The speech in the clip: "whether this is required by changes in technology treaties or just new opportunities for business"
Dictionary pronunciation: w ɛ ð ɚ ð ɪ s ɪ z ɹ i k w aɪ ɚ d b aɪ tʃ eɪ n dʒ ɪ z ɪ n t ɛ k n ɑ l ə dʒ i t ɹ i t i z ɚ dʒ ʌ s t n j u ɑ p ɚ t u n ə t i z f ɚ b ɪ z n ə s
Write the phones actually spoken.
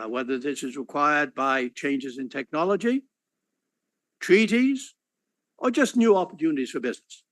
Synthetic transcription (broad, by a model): w ɛ ð ɚ ð ɪ s ɪ z ɹ i k w aɪ ɚ d b aɪ tʃ eɪ n dʒ ɪ z ɪ n t ɛ k n ɑ l ə dʒ i t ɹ i t i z ɚ dʒ ʌ s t n j u ɑ p ɚ t u n ə t i z f ɚ b ɪ z n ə s